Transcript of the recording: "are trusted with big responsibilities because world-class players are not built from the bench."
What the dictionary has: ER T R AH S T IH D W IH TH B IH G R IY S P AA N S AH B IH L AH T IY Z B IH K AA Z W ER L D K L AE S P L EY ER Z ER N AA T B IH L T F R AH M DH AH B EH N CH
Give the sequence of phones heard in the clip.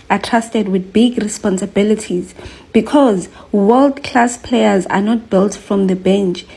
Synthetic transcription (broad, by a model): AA T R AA S T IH D W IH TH B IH G R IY S P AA N S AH B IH L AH T IY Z B IH K AA Z W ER L D K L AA S P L EY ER Z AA N AA T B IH L T F R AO M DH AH B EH N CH